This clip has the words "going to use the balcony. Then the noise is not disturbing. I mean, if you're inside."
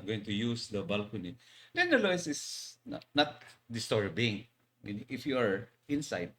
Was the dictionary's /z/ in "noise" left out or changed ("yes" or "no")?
yes